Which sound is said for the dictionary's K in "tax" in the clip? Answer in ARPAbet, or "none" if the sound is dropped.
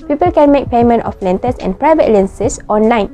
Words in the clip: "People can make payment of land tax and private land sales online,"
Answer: none